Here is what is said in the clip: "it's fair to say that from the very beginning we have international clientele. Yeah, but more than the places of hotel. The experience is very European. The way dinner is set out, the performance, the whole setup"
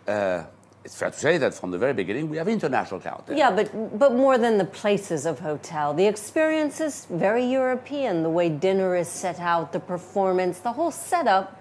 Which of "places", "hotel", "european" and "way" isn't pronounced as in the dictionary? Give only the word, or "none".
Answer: none